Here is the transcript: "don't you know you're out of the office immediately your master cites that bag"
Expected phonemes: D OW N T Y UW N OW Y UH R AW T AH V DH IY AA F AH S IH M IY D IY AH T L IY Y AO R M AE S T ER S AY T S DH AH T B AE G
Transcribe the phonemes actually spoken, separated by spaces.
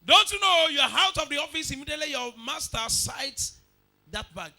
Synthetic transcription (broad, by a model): D OW N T Y UW N OW Y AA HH AW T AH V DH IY AA F AH S IH M IY D IY AH T L IY Y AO M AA S T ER S AY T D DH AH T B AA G